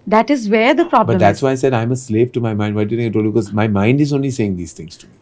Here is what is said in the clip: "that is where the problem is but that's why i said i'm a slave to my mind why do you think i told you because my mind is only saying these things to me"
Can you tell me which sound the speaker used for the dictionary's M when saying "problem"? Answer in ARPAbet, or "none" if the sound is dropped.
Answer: none